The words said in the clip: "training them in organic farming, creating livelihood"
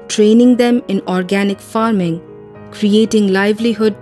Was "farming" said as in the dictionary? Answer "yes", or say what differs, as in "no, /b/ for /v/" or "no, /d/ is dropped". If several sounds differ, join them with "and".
yes